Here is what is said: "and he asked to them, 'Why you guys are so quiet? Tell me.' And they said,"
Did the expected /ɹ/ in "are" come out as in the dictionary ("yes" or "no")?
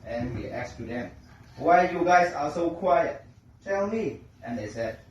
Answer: no